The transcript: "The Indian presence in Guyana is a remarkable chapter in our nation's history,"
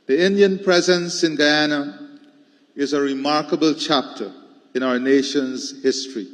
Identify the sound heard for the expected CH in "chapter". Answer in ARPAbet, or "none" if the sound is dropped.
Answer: CH